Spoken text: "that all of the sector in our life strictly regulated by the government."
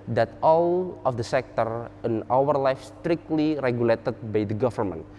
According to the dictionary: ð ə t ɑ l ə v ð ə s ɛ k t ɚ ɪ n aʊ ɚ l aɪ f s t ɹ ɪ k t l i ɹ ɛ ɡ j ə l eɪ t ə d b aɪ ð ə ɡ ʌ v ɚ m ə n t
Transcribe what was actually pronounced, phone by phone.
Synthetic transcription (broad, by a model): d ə t ɑ l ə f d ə s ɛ k t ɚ ɪ n aʊ ɚ l aɪ f s t ɹ ɪ k t l i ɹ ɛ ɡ j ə l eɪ t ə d b aɪ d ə ɡ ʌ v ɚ m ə n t